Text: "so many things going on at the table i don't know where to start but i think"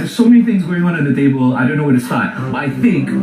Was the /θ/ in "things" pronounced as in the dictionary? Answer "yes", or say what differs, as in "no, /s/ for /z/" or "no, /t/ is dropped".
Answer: yes